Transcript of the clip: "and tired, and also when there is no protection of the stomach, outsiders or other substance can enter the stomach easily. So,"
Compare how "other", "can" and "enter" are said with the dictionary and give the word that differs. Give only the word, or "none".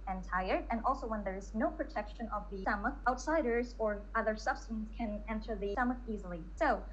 none